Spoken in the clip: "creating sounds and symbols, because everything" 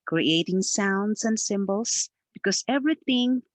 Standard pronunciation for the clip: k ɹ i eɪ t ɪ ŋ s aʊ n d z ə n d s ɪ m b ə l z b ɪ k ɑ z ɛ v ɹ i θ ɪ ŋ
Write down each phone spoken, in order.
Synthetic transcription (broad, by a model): k ɹ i eɪ t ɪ ŋ s aʊ n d s ə n d s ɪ m b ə l s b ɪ k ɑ s ɛ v ɹ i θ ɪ ŋ